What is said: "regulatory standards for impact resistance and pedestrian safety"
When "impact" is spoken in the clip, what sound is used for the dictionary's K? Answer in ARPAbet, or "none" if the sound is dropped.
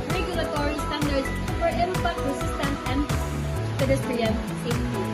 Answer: none